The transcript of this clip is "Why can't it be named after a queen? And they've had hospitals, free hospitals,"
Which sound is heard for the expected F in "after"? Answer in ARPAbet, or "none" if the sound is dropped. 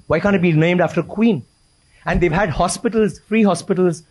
F